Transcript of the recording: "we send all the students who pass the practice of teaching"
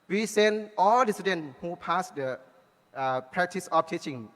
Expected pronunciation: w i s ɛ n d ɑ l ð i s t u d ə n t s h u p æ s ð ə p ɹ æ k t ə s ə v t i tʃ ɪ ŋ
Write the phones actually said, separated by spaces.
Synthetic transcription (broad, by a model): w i s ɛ n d ɑ l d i s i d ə n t h u p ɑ s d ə p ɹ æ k t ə s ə f t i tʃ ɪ ŋ